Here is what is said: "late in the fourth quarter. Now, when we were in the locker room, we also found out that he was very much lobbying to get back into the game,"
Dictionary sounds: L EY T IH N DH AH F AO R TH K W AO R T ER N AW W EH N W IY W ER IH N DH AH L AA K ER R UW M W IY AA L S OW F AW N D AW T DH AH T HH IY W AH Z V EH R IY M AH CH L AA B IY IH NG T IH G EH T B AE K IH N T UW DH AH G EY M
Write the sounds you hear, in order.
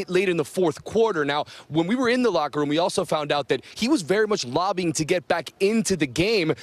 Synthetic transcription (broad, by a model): L EY T IH N DH AH F AO R TH K W AO R T ER N AW W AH N W IY W ER IH N DH AH L AA K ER R UW M W IY AA L S OW F AW N D AW T DH AH T HH IY W AH Z V EH R IY M AH CH L AA B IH NG T IH G EH T B AE K IH N T UW DH AH G EY M